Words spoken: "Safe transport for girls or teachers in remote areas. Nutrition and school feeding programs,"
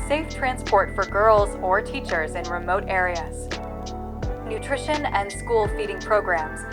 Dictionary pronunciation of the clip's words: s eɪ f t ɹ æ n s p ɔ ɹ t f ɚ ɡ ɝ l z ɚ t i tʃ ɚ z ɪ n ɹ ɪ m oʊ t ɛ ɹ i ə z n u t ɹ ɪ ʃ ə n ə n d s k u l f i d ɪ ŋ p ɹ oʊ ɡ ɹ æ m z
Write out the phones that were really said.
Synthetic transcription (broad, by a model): s eɪ f t ɹ æ n s p ɔ ɹ t f ɚ ɡ ɝ l z ɚ t i tʃ ɚ z ɪ n ɹ ɪ m oʊ t ɛ ɹ i ə z n u t ɹ ɪ ʃ ə n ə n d s k u l f i d ɪ ŋ p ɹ oʊ ɡ ɹ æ m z